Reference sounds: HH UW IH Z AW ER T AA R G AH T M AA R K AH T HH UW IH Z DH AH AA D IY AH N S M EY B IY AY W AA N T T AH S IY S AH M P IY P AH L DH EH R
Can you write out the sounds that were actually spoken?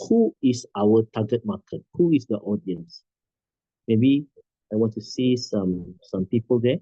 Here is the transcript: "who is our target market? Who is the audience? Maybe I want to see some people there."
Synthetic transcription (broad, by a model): HH UW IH S AW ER T AA G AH T M AA K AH T HH UW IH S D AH AA D IY AH N S M EY B IY AY W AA N T S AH S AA S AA M P IY P AH L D EH